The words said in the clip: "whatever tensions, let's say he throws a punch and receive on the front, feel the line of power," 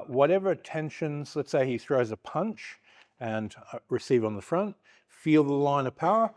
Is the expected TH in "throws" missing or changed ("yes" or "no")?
no